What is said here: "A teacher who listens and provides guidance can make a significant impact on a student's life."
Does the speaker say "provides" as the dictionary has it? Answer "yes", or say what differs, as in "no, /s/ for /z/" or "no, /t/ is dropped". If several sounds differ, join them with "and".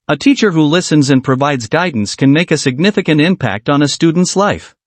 yes